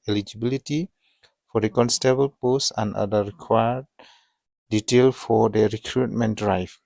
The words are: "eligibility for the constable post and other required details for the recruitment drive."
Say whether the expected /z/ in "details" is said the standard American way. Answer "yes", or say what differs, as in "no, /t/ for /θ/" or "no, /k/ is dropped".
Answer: no, /z/ is dropped